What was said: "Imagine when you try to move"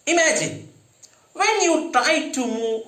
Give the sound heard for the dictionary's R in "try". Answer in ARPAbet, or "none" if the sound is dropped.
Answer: none